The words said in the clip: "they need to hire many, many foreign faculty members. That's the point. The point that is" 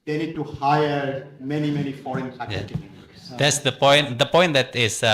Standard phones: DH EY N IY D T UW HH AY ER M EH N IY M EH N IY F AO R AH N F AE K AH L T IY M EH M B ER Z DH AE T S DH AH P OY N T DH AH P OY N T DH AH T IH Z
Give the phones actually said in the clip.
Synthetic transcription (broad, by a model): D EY N IY D T UW HH AY ER M EH N IY M EH N IY F AO R AH N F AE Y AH T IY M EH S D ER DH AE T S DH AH P OY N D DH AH P OY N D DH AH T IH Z